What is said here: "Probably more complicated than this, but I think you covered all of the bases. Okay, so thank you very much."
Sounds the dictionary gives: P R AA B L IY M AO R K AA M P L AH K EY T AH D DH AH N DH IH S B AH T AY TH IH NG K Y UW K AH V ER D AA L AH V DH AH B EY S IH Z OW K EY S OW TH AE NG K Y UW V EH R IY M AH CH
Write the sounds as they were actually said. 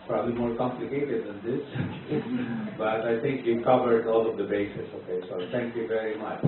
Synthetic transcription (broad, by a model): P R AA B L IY M AO R K AA M P L AH K EY T AH D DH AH N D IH S B AH T AY T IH NG K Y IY K AH V ER D AA L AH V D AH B EY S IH S OW K EY S OW T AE NG K Y UW V EH R IY M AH CH